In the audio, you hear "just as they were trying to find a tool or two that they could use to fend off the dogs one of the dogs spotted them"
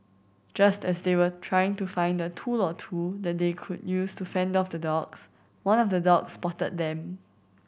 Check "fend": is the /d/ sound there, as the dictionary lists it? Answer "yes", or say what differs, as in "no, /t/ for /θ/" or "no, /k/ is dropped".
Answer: yes